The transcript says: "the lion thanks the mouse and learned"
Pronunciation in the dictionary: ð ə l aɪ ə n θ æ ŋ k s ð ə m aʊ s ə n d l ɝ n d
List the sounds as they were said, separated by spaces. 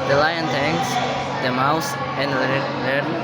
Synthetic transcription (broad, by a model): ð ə l aɪ ə n t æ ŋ s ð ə m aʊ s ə n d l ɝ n